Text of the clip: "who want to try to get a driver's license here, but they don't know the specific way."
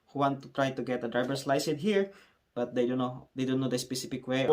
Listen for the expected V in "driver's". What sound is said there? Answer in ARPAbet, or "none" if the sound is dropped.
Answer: B